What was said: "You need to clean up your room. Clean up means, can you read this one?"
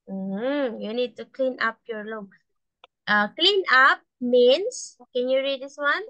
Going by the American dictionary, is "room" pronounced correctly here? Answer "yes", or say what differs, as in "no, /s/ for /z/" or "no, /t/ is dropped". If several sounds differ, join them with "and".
no, /l/ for /ɹ/